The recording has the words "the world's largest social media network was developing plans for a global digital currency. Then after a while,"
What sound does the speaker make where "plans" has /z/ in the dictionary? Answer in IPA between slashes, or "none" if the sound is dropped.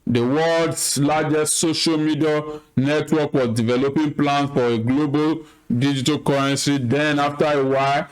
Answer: none